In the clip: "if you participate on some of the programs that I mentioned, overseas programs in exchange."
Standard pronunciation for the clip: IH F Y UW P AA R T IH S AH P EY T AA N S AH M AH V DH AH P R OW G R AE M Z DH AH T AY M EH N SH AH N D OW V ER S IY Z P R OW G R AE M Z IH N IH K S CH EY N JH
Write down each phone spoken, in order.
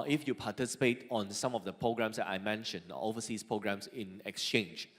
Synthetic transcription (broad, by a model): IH F Y UW P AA T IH S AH P EY T AA N S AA M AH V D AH P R OW G R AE M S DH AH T AY M EH N SH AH N OW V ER S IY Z P R OW G R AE M S IH N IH K S CH EY N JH